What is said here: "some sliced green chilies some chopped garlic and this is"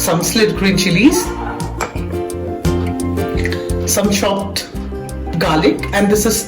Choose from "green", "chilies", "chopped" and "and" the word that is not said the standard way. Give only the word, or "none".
chopped